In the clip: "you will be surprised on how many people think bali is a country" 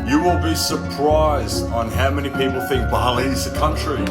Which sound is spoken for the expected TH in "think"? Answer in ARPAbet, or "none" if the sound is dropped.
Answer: TH